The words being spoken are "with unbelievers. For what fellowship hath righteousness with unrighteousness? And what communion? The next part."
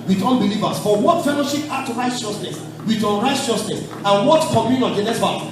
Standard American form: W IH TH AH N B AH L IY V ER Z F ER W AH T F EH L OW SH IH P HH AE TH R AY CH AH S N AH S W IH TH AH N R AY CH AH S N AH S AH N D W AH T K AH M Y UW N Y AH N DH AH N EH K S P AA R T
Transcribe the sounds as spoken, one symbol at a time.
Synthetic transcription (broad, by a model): W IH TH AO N B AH L IY V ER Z F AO W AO T F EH L OW SH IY P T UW R AY CH AH S N AH S W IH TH AH N R AY CH AH S N AH S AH N W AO T K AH M Y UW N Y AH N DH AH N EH S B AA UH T